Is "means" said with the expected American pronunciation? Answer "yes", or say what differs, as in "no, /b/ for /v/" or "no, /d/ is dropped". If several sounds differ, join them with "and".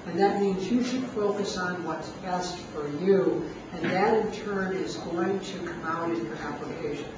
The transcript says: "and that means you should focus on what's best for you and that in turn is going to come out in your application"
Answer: yes